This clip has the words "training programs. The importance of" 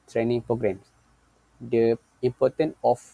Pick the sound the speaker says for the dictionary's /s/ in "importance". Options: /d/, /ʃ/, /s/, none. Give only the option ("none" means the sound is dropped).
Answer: none